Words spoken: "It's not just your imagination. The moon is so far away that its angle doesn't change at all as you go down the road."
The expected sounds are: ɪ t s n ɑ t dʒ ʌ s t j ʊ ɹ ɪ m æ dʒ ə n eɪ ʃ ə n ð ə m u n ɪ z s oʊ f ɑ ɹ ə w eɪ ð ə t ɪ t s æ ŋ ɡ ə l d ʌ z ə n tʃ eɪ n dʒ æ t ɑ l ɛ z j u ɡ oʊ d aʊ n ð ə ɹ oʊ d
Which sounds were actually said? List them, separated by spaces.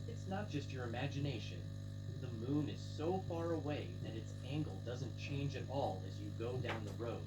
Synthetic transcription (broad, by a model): ɪ t s n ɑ t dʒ ʌ s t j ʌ ɹ ɪ m æ dʒ ə n eɪ ʃ ə n ð ə m u n ɪ z s oʊ f ɑ ɹ ə w eɪ ð ə t ɪ t s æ ŋ ɡ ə l d ʌ z ə n tʃ eɪ n dʒ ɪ t ɑ l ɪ z j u ɡ oʊ d aʊ n ð ə ɹ oʊ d